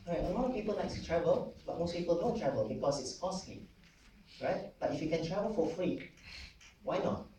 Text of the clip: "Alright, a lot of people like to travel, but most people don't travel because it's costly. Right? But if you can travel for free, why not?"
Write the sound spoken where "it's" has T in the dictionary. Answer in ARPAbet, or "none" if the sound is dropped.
T